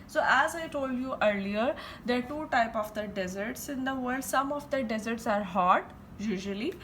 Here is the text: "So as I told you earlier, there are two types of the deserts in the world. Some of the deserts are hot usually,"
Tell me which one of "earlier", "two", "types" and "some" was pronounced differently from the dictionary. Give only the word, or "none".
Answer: types